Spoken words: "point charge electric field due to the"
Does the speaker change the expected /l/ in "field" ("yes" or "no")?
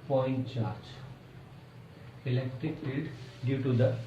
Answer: yes